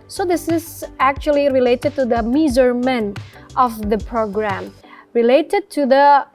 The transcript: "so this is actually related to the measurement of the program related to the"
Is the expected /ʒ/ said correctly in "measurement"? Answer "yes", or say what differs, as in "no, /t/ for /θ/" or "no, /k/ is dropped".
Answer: no, /z/ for /ʒ/